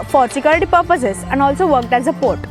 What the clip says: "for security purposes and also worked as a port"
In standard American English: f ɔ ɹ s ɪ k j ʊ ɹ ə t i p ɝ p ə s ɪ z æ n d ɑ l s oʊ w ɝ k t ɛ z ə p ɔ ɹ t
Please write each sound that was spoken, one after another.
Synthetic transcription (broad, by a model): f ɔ ɹ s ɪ k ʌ l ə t i p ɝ p ə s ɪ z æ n ɑ l s oʊ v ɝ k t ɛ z ə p ɔ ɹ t